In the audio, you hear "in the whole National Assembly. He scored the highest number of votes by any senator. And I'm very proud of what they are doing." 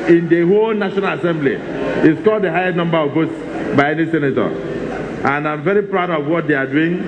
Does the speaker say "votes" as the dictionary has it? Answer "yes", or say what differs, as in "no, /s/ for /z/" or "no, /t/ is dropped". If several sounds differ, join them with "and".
no, /b/ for /v/